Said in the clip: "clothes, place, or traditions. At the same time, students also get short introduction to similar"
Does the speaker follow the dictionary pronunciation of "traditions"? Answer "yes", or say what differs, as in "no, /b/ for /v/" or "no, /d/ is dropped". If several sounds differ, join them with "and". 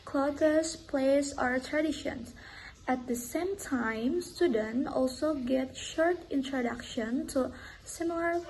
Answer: no, /z/ is dropped